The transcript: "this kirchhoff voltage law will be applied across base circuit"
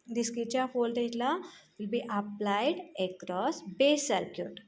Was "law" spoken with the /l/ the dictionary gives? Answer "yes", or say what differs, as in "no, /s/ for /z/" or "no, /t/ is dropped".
yes